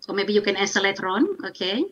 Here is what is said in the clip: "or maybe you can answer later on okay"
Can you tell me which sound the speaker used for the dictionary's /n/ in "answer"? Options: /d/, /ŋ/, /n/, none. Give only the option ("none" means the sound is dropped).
none